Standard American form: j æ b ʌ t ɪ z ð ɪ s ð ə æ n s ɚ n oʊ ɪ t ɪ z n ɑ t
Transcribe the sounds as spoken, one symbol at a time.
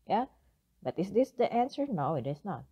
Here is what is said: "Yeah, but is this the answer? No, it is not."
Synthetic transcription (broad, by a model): j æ b ʌ t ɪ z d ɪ s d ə æ n s ɚ n oʊ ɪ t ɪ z n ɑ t